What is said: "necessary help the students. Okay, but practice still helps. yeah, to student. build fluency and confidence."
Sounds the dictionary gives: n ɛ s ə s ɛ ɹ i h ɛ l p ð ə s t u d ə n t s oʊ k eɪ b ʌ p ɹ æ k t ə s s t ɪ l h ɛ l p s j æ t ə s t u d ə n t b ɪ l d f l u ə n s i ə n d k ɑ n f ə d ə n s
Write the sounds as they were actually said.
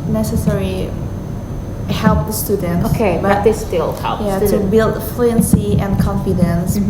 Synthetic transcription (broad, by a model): n ɛ s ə s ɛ ɹ i h ɛ l p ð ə s t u d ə n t oʊ k eɪ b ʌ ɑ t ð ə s s t ɪ l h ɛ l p j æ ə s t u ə b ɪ l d f l u ə n s i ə n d k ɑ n f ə d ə n s